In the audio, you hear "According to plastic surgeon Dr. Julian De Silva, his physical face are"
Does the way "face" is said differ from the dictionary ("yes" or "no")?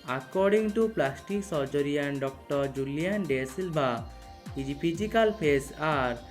yes